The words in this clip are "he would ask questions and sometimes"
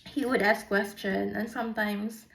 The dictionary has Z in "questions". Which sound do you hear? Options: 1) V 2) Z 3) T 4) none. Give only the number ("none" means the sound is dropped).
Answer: 4